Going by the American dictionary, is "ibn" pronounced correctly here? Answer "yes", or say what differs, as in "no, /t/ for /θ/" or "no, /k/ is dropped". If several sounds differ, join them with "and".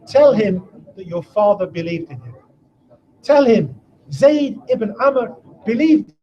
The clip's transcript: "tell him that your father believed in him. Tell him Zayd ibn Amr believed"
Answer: yes